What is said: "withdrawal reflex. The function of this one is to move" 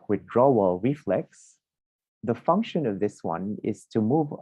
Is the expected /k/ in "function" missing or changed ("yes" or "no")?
no